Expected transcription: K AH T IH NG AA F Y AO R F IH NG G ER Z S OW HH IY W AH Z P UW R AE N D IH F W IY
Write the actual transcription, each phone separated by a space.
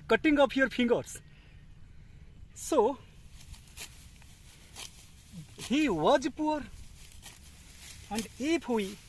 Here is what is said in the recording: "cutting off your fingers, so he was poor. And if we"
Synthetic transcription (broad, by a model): K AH T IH NG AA P Y AO R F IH NG G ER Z S OW HH IY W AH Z P UW R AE N D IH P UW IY